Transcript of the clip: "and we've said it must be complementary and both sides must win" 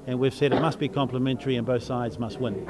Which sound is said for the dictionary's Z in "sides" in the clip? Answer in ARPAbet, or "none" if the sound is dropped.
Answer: Z